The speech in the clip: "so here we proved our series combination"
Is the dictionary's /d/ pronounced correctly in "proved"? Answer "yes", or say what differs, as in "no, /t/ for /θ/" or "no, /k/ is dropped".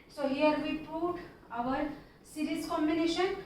no, /d/ is dropped